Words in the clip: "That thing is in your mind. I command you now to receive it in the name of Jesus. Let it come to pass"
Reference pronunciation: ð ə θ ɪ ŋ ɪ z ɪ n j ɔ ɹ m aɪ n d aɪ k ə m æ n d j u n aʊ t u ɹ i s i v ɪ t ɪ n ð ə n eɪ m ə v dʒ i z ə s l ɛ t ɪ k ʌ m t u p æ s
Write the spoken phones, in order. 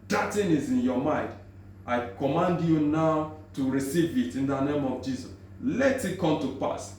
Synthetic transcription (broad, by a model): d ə t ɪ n ɪ z ɪ n j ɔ m aɪ n d aɪ k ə m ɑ n d j u n aʊ t u ɹ i s i v ɪ t ɪ n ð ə n eɪ m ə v dʒ i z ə s l ɛ t ɪ k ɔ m t u p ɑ s